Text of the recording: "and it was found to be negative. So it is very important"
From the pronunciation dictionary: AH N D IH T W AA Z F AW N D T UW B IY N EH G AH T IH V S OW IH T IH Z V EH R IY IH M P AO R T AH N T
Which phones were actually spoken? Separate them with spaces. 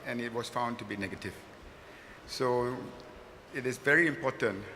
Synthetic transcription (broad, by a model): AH N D IH T W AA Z F AW N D T UW B IY N EH G AH T IH V S OW IH T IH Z V EH R IY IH M P AO T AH N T